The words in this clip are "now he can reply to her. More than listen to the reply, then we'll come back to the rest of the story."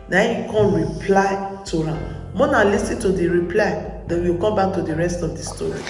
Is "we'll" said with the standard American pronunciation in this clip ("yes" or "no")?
no